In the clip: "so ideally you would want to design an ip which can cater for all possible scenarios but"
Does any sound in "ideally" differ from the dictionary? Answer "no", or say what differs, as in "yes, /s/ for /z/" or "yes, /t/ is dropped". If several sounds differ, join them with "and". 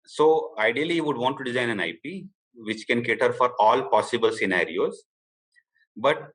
yes, /l/ is dropped